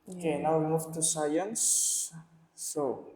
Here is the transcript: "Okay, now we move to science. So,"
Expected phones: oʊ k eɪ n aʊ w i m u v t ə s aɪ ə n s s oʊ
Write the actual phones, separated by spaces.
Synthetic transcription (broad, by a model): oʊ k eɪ n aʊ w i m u f t ə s aɪ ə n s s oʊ